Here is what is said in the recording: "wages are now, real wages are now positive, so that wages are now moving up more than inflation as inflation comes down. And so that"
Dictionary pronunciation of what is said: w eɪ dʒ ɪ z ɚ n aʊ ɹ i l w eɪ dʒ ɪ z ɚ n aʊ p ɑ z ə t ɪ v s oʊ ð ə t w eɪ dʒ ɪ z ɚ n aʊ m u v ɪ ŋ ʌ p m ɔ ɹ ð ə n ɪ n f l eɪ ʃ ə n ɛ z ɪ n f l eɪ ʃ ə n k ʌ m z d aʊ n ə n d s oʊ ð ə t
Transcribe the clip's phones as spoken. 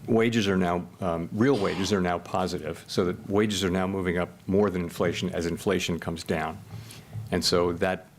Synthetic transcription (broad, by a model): w eɪ dʒ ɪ z ɚ n aʊ ɹ i l w eɪ dʒ ɪ z ɚ n aʊ p ɑ z ə t ɪ v s oʊ ð ə t w eɪ dʒ ɪ z ɚ n aʊ m u v ɪ ŋ ʌ p m ɔ ɹ ð ə n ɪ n f l eɪ ʃ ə n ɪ z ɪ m f l eɪ ʃ n k ʌ m z d aʊ n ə n s oʊ ð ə t